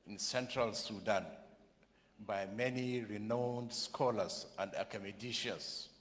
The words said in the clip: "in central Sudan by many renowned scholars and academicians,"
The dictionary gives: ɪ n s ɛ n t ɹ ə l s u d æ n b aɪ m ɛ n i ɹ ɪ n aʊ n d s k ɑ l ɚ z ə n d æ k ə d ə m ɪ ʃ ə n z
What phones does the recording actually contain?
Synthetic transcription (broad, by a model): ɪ n s ɛ n t ɹ ə l s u d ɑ n b aɪ m ɛ n i ɹ ɪ n aʊ n d s k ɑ l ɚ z ə n d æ k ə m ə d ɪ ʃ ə n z